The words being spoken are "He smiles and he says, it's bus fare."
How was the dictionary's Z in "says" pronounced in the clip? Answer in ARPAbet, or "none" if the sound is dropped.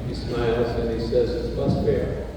Z